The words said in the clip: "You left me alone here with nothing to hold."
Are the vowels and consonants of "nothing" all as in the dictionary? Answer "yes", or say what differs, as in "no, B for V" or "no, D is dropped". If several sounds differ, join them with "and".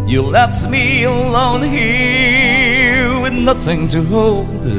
yes